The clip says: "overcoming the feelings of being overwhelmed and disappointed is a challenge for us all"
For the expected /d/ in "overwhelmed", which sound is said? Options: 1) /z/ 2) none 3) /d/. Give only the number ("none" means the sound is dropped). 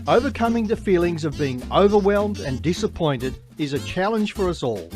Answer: 3